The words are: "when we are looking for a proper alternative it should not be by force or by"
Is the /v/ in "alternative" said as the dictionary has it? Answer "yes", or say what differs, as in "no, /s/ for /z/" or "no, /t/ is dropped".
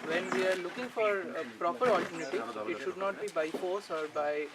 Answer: no, /v/ is dropped